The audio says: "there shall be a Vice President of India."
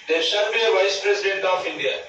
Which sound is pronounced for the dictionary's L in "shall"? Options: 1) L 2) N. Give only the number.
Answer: 2